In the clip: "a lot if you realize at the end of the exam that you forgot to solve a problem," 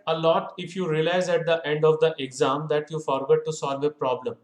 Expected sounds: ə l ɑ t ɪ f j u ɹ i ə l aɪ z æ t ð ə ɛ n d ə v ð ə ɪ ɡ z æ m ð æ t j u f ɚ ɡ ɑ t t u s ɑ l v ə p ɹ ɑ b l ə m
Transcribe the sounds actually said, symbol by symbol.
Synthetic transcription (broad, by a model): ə l ɑ t ɪ f j u ɹ i ə l aɪ z æ t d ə ɛ n d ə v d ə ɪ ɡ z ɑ m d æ t j u f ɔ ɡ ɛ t t u s ɑ l v ə p ɹ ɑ b l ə m